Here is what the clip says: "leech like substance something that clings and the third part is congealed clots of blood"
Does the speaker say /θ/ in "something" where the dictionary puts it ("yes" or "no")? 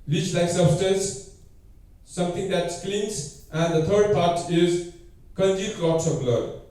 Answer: no